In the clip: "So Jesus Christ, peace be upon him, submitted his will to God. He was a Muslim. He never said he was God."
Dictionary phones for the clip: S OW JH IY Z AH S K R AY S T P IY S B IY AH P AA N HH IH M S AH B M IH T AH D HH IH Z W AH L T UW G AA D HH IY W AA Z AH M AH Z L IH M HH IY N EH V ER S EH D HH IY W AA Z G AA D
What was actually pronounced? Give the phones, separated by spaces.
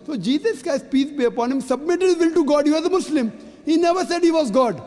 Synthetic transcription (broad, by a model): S OW JH IY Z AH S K AY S P IY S B IY AH P AA N HH IH M S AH B M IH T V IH L T UW G AA D HH IY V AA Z AH M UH S L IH M HH IY N EH V ER S EH D HH IY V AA Z G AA D